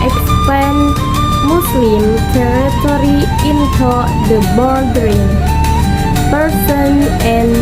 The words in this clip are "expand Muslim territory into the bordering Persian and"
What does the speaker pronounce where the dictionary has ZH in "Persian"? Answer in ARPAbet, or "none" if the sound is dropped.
S